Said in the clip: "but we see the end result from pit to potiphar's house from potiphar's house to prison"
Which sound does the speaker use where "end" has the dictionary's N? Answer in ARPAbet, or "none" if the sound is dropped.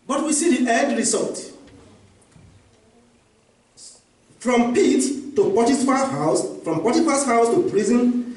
none